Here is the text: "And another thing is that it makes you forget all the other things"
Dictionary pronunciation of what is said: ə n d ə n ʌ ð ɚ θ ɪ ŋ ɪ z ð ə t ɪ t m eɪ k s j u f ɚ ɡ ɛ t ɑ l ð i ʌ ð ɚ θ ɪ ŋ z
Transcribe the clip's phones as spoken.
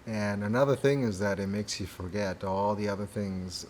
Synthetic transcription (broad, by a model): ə n ə n ʌ ð ɚ θ ɪ ŋ ɪ z ð ə t ɪ t m eɪ k s j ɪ f ɚ ɡ ɛ t ɑ l ð i ʌ ð ɚ θ ɪ ŋ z